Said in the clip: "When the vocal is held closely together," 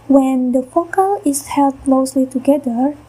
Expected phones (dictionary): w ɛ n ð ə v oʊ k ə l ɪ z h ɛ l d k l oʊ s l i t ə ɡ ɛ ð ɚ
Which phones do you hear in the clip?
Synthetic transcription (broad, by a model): w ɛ n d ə f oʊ k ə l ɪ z h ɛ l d k l oʊ s l i t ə ɡ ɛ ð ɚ